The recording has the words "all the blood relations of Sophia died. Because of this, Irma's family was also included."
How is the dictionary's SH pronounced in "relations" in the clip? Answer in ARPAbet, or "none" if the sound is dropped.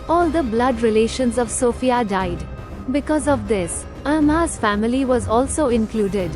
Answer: SH